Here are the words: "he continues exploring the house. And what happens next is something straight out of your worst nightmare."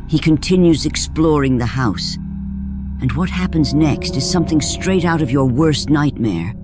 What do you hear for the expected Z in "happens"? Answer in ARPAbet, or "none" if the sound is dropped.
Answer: Z